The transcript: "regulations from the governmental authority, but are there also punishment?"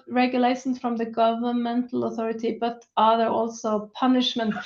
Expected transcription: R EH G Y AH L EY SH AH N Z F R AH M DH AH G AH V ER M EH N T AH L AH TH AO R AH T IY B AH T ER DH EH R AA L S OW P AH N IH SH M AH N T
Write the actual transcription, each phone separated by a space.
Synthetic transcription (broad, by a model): R EH G Y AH L EY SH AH N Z F R AH M DH AH G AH V ER M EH N T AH L AH TH AO R AH T IY B AH T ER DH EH R AA L S OW P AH N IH SH M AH N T